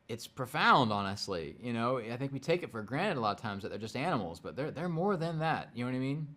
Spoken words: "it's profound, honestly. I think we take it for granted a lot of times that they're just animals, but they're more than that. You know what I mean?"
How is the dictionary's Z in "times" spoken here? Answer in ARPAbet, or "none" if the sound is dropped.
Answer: Z